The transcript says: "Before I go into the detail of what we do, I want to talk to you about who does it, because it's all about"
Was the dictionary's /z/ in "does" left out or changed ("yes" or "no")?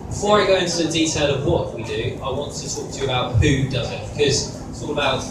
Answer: no